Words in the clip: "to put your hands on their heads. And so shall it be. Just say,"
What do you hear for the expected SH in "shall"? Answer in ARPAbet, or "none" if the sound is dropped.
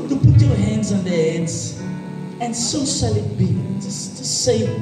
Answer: S